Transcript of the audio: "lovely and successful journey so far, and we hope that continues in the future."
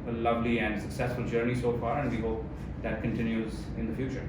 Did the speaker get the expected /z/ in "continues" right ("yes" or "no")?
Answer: yes